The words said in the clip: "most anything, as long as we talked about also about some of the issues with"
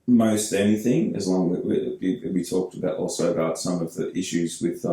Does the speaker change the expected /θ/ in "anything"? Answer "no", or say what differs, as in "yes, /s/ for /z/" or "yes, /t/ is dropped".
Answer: no